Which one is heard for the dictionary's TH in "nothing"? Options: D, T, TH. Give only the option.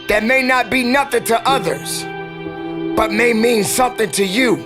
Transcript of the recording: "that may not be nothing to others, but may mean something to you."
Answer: TH